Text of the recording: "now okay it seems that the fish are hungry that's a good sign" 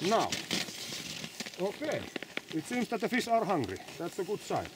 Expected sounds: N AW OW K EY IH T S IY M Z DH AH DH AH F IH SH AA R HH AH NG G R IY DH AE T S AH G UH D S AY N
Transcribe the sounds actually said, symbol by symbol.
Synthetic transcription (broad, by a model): N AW OW K EY IH T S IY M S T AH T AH F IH S AA R HH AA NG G R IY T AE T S AH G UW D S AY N